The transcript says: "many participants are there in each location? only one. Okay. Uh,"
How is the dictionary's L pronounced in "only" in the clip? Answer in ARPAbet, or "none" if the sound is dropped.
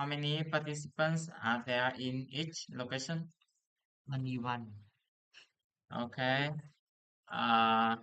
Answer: none